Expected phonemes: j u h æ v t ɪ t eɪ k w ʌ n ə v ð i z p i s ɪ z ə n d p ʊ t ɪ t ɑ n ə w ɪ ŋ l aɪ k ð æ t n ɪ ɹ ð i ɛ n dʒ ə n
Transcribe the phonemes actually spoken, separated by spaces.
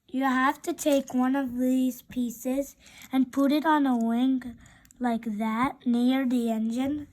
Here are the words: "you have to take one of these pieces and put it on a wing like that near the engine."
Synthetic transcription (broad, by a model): j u h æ f t ɪ t eɪ k w ʌ n ə v ð i z p i s ɪ z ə n p ʊ t ɪ t n ə w ɪ ŋ l aɪ k ð æ t n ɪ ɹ ð i ɛ n dʒ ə n